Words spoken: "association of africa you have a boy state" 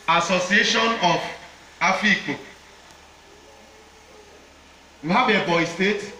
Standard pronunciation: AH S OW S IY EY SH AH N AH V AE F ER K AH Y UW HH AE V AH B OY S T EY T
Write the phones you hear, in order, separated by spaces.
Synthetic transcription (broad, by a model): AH S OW S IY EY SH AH N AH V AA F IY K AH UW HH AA B AH B OY S T EY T